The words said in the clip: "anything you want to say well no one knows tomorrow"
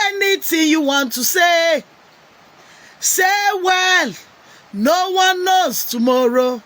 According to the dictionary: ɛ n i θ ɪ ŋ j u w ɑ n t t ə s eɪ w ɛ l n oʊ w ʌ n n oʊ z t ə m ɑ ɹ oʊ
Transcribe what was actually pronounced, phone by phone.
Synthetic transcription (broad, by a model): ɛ n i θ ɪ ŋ j u w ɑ n t s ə s eɪ w ɛ l n oʊ w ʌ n n oʊ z t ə m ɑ ɹ oʊ